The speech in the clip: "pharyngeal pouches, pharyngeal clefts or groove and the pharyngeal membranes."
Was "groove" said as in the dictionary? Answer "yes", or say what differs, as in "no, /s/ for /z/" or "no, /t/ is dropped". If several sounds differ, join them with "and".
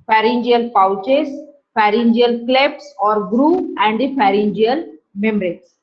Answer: no, /v/ is dropped